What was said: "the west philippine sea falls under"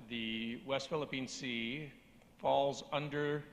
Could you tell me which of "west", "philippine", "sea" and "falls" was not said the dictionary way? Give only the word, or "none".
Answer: none